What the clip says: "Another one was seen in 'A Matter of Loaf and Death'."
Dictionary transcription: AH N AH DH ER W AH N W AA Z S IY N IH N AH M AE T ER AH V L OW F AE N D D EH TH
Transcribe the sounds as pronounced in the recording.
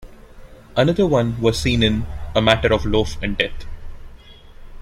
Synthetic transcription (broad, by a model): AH N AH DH ER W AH N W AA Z S IY N IH N AH M AE T ER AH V L OW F AE N D D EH T